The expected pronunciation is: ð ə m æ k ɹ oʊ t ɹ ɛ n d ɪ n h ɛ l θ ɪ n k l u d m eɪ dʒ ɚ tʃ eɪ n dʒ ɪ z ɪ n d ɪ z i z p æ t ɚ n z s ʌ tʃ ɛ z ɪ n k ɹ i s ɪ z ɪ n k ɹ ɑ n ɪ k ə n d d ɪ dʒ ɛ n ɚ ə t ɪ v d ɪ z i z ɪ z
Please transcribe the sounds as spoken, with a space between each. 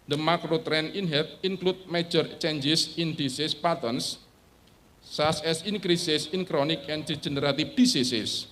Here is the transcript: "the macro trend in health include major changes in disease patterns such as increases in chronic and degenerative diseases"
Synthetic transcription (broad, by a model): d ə m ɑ k ɹ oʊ t ɹ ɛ n ɪ n h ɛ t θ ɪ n k l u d m eɪ dʒ ɚ tʃ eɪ n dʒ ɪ s ɪ n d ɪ s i s p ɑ t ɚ n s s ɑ s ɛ s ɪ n k ɹ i s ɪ s ɪ n k ɹ ɑ n ɪ k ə n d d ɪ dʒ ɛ n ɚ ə t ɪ f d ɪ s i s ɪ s